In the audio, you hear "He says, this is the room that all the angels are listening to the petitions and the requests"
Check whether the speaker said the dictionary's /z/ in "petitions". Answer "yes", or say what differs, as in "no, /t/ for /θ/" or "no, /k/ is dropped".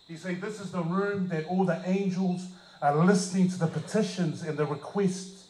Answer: yes